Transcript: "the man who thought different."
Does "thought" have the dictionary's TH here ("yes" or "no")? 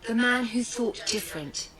yes